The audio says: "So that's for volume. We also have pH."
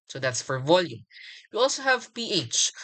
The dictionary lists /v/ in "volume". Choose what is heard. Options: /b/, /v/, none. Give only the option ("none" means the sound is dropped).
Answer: /v/